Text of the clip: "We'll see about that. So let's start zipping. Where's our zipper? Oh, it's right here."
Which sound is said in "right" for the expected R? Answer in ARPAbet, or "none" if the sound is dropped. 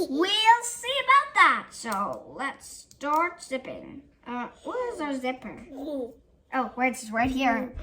R